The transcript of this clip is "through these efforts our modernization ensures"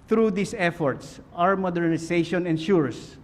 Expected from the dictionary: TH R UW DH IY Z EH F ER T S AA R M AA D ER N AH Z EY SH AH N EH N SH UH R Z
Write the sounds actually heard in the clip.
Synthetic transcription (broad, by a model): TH R UW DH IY S EH F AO T S AA R M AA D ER N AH S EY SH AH N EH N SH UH R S